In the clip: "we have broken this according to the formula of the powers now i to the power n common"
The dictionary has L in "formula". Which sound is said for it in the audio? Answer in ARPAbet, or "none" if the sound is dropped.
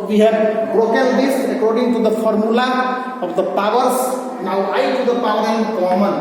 L